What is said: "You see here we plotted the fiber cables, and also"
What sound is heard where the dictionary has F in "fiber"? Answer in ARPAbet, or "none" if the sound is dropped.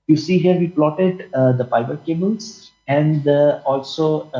P